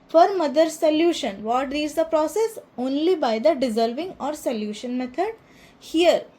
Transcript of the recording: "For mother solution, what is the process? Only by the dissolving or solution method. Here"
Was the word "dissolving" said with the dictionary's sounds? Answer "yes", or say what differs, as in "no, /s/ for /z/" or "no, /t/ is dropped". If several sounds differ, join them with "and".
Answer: yes